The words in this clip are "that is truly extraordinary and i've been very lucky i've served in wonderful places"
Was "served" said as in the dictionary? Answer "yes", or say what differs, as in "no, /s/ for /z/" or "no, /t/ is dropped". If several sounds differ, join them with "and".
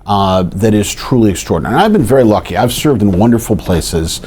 yes